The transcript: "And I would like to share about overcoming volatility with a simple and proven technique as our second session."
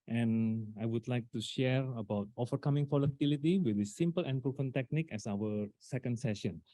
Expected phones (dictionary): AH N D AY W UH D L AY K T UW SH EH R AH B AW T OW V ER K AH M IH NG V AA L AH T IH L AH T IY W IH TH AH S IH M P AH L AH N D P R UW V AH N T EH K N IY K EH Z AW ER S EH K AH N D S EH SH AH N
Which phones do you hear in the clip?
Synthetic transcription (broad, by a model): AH N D AY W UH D L AY K T UW SH EH R AH B AW T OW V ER K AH M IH NG F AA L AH T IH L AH T IY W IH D AH S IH M P AH L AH N P R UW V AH N T EH K N IY K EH S AW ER S EH K AH N D S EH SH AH N